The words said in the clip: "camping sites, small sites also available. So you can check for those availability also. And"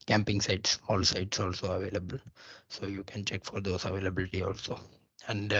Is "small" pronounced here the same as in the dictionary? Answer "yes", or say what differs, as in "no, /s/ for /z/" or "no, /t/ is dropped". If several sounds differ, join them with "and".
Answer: no, /m/ is dropped